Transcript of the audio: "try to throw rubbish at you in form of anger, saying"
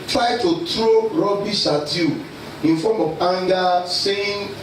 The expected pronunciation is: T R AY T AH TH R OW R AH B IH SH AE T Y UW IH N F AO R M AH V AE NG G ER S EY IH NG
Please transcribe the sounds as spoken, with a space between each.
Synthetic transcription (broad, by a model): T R AY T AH T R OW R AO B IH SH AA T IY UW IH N F AO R M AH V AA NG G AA S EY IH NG